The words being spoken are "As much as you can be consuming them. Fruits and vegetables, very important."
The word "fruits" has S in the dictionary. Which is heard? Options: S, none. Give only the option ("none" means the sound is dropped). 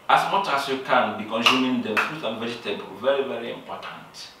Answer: none